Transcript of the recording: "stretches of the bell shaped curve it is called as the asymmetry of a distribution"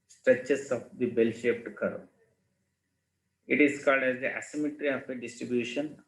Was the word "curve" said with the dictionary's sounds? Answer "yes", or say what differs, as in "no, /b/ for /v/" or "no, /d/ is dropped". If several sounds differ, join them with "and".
no, /v/ is dropped